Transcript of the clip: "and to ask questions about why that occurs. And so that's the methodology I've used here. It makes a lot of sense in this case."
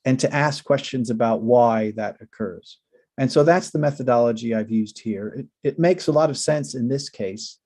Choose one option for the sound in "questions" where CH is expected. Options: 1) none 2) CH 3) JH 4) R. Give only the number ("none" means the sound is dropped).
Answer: 2